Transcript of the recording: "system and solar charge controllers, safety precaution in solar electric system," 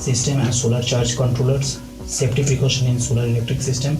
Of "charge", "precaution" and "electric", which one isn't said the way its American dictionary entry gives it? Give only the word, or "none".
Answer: precaution